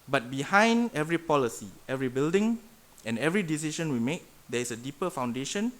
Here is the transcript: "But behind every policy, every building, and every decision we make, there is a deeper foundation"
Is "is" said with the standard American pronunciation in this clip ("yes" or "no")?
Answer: no